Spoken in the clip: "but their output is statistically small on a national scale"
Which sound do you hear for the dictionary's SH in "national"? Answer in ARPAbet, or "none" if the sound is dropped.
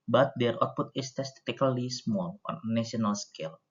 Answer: none